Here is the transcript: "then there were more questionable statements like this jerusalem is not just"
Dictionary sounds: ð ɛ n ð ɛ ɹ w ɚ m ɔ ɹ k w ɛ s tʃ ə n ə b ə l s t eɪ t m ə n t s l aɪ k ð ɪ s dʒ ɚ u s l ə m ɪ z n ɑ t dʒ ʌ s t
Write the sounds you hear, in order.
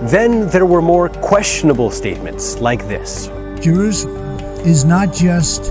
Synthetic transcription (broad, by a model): ð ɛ n ð ɛ ɹ w ɚ m ɔ ɹ k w ɛ s tʃ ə n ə b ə l s t eɪ t m ə n t s l aɪ k ð ɪ s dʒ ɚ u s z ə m ɪ z n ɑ t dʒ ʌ s t